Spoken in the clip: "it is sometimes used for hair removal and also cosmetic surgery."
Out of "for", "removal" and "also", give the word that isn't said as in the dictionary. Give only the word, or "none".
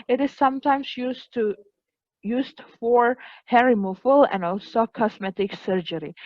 removal